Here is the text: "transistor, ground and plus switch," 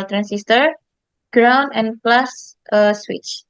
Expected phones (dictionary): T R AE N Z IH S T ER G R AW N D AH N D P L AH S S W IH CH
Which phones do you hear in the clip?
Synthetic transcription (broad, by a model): T R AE N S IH S T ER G R AW N AH N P L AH S S W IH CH